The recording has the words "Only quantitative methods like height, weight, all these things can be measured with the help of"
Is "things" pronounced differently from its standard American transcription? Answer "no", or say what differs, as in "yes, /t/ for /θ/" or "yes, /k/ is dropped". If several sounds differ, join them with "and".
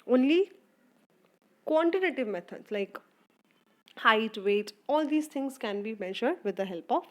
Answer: yes, /t/ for /θ/